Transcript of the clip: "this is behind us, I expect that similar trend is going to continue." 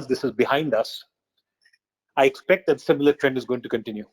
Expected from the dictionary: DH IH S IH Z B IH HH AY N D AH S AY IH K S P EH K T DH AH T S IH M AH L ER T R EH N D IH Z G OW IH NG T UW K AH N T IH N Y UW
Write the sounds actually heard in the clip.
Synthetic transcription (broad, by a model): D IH S IH Z B IH HH AY N D AH S AY IH K S P EH K T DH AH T S IH M AH L ER T R EH N D IH Z G OW IH NG T UW K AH N T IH N Y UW